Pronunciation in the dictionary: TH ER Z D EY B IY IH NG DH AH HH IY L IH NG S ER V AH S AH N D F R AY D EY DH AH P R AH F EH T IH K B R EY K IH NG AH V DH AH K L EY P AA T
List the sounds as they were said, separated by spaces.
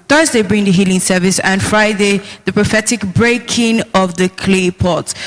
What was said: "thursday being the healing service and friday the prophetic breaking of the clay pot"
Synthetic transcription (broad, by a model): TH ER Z D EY B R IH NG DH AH HH IY L IH NG S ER V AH S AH N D F R AY D EY DH AH P R AH F EH T IH K B R EY K IH NG AH V DH AH K L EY P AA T